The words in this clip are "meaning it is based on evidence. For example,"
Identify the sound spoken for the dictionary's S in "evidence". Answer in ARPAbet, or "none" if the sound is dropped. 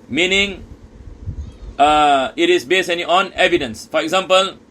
S